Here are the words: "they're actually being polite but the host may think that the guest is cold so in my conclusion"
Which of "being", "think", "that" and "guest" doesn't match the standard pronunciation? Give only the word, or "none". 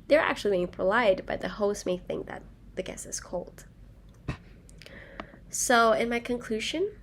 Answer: guest